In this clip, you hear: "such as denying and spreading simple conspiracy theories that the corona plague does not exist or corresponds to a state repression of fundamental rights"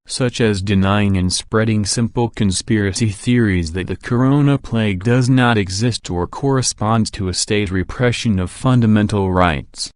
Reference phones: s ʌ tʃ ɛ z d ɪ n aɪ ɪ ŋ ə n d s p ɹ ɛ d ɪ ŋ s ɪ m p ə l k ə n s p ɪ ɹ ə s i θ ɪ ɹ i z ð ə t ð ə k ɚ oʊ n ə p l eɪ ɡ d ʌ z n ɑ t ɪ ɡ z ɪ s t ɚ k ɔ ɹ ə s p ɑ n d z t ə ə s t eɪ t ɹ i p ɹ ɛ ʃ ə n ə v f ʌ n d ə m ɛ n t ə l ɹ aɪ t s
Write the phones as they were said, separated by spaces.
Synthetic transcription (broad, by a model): s ʌ tʃ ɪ z d ɪ n aɪ ɪ ŋ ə n s p ɹ ɛ d ɪ ŋ s ɪ m p l k ə n s p ɪ ɹ ə s i θ ɪ ɹ i z ð ə t ð ə k ɚ oʊ n ə p l eɪ ɡ d ʌ z n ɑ t ɪ ɡ z ɪ s t ɚ k ɔ ɹ ə s p ɑ n d z t ə ə s t eɪ t ɹ i p ɹ ɛ ʃ ə n ə v f ʌ n d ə m ɛ n t l ɹ aɪ t s